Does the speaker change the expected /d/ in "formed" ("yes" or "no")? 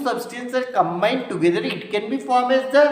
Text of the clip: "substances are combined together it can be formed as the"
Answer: yes